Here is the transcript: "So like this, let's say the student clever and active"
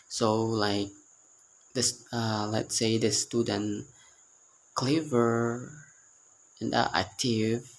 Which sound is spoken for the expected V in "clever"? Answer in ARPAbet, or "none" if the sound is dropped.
V